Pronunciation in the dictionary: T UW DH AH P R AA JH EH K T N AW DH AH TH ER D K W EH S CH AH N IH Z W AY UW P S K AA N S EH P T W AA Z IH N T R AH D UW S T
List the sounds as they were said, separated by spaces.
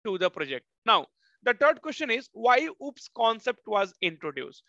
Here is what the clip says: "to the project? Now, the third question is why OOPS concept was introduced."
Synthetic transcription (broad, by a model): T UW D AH P R AA JH EH K T N AW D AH T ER D K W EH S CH AH N IH Z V AY UW P S K AA N S EH P T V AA Z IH N T R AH D UW S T